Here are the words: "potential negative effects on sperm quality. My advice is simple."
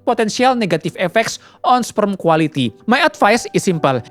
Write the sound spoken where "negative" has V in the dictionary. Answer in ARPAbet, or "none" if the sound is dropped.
F